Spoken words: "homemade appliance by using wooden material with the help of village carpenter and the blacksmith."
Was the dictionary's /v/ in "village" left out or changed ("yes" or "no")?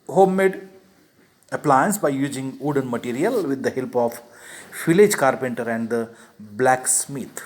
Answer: yes